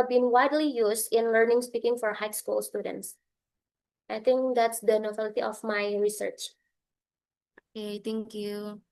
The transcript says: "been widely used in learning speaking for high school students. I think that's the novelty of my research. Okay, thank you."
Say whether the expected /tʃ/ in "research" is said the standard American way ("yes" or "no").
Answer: yes